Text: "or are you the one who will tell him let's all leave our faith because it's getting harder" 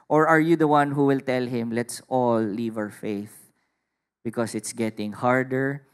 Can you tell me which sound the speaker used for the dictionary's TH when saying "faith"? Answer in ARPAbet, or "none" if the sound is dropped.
TH